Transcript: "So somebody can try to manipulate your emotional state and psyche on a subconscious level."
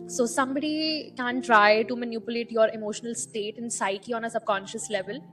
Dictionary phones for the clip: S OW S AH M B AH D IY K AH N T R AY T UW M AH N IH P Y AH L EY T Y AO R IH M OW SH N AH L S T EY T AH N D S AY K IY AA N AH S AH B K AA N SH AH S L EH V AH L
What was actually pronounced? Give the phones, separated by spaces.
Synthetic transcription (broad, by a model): S OW S AH M B AH D IY K AH N T R AY T UW M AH N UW P Y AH L EY T Y AO R IH M OW SH N AH L S T EY T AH N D S AY K IY AA N AH S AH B K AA N SH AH S L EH V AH L